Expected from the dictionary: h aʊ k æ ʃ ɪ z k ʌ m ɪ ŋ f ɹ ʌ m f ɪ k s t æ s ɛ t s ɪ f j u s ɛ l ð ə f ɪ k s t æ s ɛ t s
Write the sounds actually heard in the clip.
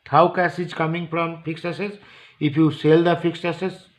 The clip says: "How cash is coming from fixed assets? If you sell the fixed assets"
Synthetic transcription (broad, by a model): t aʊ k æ s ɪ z k ʌ m ɪ ŋ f ɹ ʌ m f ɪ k s ɛ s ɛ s ɪ f j u s ɛ l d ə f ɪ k s ɛ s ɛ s